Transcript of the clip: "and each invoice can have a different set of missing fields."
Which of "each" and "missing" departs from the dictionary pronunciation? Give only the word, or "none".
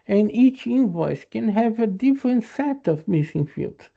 none